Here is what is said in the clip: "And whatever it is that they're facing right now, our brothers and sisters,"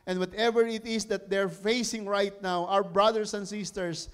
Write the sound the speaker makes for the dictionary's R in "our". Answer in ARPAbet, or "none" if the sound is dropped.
W